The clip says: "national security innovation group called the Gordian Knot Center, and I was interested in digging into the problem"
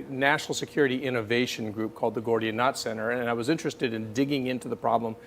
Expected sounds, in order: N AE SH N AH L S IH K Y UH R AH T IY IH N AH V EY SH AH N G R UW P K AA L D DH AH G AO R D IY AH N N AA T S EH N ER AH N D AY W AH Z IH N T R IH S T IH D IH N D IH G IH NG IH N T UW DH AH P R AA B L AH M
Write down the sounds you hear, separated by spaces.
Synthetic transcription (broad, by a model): N AE SH N L S IH K Y UH R AH T IY IH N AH V EY SH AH N G R UW P K AA L D DH AH G AO R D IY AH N N AA T S EH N ER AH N AY W AH Z IH N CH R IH S T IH D IH N D IH G IH NG IH N T UW DH AH P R AA B L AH M